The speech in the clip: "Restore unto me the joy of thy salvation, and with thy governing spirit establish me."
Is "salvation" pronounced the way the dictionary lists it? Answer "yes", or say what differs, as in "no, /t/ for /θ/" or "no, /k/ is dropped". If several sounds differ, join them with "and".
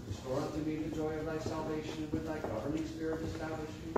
no, /ʃ/ is dropped